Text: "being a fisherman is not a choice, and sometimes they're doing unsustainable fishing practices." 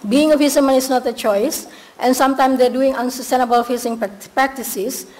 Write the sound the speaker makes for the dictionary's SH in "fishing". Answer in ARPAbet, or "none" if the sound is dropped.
S